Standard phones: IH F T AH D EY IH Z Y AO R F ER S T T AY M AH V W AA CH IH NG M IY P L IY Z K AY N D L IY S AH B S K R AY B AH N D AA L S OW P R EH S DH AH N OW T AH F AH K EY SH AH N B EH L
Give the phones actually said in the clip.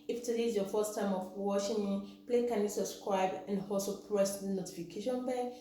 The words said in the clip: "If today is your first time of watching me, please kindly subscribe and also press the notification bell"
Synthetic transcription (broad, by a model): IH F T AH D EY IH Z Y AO F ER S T T AY M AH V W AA SH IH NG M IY P L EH K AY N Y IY S AH B S K R AY B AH N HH AA L S OW P R EH S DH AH N OW T AH F AH K EY SH AH N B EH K